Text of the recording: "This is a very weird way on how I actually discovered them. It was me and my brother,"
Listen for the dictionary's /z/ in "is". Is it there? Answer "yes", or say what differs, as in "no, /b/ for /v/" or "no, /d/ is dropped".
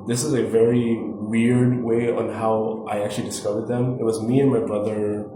yes